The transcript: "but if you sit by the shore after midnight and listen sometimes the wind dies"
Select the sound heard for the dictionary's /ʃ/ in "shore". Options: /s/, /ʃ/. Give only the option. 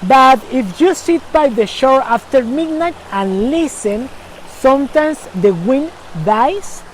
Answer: /ʃ/